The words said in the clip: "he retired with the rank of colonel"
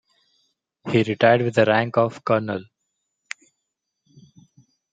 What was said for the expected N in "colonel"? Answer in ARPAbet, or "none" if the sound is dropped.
N